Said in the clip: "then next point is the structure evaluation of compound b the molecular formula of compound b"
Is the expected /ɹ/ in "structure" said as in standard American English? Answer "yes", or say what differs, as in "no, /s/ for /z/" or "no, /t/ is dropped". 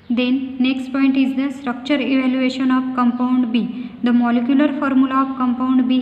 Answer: yes